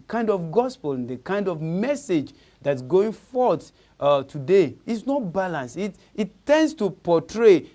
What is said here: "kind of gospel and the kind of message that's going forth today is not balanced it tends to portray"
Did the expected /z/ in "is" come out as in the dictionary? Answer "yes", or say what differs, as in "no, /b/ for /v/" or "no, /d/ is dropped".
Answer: no, /s/ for /z/